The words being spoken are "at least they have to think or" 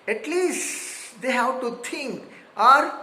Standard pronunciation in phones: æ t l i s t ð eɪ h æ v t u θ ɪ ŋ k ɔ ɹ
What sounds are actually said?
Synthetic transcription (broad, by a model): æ t l i s t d eɪ h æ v t u t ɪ ŋ k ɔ ɹ